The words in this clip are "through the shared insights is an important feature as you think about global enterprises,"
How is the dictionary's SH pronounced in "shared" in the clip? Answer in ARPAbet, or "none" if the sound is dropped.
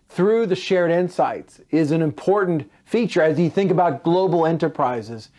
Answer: SH